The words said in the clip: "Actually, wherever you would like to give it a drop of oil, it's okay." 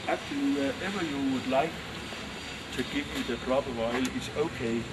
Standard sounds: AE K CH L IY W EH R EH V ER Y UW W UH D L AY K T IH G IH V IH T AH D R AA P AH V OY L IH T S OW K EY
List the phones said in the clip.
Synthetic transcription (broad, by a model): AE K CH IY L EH EH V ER Y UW W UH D L AY K T IH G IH V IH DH AH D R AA B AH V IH L IH T S OW K EY